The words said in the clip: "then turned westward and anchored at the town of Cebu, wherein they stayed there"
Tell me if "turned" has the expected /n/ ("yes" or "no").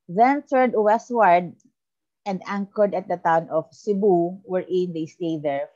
no